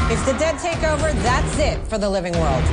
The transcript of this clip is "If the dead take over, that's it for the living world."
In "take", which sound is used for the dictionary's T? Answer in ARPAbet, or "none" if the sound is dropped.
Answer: T